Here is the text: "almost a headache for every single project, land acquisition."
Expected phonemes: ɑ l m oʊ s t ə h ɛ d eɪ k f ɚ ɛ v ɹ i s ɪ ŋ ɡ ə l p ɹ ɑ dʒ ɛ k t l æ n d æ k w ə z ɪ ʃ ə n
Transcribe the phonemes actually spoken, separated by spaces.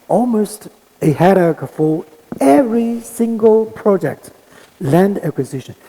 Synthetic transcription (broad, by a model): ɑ l m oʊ s t ə h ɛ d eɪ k f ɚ ɛ v ɹ i s ɪ ŋ ɡ ə l p ɹ ɑ dʒ ɛ k t l æ n d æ k w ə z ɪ ʃ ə n